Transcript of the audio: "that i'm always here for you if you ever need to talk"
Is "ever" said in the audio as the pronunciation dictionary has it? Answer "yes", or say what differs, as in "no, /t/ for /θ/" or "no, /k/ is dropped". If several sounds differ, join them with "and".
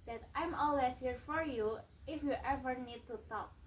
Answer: yes